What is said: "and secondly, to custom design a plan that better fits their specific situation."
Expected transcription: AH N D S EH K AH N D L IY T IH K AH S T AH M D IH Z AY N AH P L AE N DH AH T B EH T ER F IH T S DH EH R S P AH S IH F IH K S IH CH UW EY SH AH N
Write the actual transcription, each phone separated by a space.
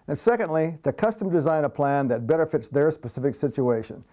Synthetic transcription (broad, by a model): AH N S EH K AH N D L IY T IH K AH S T AH M D IH Z AY N AH P L AE N DH AH T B EH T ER F IH T S DH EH R S P AH S IH F IH K S IH CH UW EY SH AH N